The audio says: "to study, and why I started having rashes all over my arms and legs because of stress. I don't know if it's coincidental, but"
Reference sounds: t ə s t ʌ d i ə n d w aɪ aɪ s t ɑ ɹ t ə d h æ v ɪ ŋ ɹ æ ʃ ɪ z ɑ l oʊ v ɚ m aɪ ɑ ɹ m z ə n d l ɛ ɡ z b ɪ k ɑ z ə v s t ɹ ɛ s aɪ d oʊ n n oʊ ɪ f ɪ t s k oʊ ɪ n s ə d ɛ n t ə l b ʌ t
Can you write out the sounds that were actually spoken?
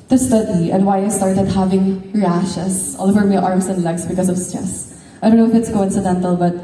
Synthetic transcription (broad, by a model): t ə s t ʌ d i ə n d w aɪ aɪ s t ɑ ɹ t ə d h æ v ɪ ŋ ɹ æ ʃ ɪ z ɑ l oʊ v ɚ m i ɑ ɹ m s ə n d l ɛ ɡ s b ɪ k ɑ s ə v s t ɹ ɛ s aɪ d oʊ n n oʊ ɪ f ɪ t s k oʊ ɪ n s ə d ɛ n t ə l b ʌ t